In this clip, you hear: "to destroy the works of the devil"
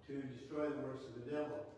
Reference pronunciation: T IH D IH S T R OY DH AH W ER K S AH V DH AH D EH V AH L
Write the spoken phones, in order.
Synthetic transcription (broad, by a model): T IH D IH S T R OY DH AH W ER S AH V DH AH D EH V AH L